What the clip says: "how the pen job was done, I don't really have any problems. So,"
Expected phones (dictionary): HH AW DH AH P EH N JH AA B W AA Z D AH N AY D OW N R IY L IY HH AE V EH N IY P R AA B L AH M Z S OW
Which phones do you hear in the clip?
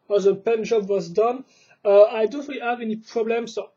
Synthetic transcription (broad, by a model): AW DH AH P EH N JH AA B W AA Z D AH N AY D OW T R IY IY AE V EH N IY P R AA B L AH M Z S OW